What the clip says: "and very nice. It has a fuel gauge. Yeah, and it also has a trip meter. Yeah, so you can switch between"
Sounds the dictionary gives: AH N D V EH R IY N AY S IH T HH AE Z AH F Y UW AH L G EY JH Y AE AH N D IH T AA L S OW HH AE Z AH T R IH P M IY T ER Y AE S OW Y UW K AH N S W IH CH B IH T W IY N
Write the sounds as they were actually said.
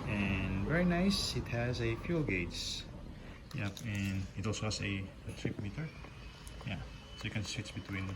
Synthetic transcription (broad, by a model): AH N V EH R IY N AY S IH T HH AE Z AH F Y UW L G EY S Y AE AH N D IH T AA L S OW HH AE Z AH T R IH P M IY T ER Y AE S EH K AH N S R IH S B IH T W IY N